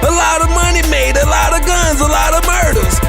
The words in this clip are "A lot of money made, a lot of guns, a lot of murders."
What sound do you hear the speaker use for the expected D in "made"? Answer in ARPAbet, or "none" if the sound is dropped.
D